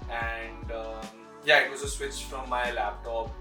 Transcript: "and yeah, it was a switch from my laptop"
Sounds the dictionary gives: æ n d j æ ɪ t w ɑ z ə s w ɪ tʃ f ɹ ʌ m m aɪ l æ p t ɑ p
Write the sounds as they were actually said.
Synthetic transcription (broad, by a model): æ n d j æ ɪ t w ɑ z ə s w ɪ tʃ f ɹ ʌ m m aɪ l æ p t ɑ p